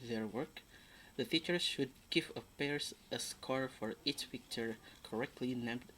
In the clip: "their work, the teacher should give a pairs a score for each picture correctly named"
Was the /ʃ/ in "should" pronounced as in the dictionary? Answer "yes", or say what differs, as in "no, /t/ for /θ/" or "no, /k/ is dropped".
yes